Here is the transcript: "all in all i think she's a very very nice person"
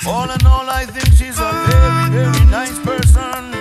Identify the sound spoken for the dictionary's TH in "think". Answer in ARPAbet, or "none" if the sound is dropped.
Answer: TH